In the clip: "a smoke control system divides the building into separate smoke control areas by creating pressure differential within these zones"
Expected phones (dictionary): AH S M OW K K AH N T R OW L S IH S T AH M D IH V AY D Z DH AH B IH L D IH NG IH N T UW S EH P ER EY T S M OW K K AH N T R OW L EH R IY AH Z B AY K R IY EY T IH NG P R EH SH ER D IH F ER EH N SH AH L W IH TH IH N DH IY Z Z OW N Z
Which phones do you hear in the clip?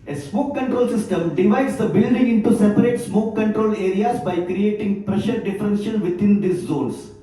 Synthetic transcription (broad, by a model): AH S M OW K K AH N T R OW L S IH S T AH M D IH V AY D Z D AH B IH L D IH NG IH N T UW S EH P ER EY T S M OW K K AH N T R OW L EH R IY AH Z B AY K R IY EY T IH NG P R EH SH ER D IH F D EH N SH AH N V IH T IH N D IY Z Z OW N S